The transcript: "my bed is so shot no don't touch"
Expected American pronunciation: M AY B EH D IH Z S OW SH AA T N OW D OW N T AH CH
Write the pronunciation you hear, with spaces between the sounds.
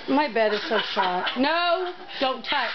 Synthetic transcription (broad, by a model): M AY B EH D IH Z S OW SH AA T N OW D OW N T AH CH